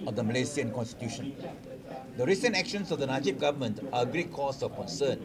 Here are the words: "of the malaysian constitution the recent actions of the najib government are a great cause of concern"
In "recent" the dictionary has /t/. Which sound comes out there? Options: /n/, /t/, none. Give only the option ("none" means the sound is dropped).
/t/